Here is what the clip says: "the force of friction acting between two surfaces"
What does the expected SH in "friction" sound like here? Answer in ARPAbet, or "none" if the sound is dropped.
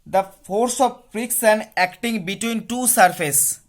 S